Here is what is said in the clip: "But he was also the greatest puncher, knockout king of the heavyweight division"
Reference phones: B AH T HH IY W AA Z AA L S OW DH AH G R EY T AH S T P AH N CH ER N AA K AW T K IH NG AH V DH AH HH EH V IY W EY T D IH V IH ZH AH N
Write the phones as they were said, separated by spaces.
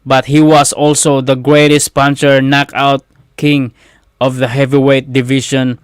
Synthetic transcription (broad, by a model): B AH T HH IY W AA S AA L S OW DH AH G R EY T AH S T P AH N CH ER N AA K AW T K IH NG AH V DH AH HH EH V IY W EY T D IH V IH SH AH N